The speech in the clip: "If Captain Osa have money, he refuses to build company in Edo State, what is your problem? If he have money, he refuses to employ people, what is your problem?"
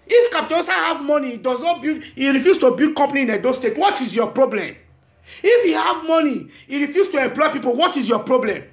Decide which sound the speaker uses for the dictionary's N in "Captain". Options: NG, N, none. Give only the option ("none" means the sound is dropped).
none